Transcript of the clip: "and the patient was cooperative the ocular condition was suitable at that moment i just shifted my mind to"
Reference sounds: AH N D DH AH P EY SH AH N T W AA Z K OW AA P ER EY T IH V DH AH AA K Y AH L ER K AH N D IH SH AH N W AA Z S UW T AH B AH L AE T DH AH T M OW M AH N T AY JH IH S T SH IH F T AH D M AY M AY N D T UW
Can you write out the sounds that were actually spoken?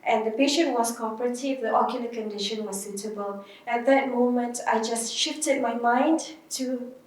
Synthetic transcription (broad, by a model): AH N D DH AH P EY SH AH N T W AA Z K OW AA P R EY T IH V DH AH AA K Y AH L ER K AH N D IH SH AH N W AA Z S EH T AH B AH L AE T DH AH T M OW M AH N T AY JH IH S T SH IH F T AH D M AY M AY N D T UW